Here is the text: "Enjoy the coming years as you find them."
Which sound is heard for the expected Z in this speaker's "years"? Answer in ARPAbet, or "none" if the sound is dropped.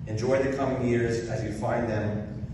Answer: Z